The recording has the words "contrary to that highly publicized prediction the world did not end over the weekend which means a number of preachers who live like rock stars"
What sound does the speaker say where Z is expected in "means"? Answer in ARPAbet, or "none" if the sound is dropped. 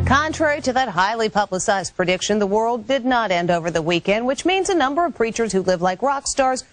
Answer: Z